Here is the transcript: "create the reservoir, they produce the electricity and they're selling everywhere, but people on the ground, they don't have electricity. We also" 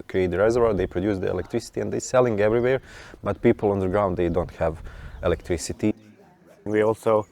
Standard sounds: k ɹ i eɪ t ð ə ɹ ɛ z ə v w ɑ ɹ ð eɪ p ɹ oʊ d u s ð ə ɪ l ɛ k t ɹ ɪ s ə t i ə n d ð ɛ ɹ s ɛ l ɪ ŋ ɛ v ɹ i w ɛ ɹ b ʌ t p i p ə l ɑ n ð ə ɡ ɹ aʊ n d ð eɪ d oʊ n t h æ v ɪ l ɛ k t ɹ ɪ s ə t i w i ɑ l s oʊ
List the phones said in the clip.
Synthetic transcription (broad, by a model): k ɹ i eɪ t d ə ɹ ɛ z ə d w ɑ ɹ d eɪ p ɹ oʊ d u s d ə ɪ l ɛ k t ɹ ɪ s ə t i ə n d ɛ s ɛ l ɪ ŋ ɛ v ɹ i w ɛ ɹ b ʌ t p i p ə l ɑ n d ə ɡ ɹ aʊ n d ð eɪ d oʊ n t h æ v ɪ l ɛ k t ɹ ɪ s ə t i w i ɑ l s oʊ